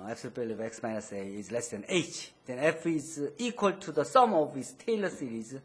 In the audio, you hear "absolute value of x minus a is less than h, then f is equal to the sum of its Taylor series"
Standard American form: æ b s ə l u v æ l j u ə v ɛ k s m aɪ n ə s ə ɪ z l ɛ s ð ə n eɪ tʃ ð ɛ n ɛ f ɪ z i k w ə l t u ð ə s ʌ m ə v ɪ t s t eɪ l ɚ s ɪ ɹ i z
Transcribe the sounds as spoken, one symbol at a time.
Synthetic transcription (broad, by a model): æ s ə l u p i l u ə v ɛ k s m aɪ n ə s ə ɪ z l ɛ s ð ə n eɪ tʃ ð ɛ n ɛ f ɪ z i k w ə l t u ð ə s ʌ m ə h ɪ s t eɪ l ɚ s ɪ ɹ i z